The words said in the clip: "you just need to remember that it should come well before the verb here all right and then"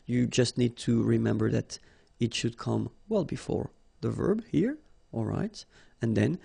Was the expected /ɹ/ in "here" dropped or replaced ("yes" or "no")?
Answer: no